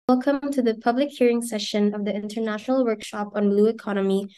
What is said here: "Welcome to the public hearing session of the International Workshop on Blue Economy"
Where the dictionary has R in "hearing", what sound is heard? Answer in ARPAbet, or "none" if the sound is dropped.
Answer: R